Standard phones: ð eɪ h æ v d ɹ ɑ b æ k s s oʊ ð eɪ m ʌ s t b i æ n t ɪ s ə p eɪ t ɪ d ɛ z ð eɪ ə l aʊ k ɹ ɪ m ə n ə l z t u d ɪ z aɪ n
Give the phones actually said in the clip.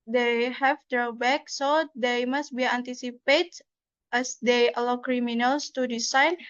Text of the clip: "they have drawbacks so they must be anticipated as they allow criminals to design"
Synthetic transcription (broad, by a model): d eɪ h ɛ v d ɹ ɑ b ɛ k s s oʊ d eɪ m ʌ s t b i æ n t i s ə p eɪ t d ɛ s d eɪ ə l aʊ k ɹ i m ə n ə l s t u d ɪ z aɪ n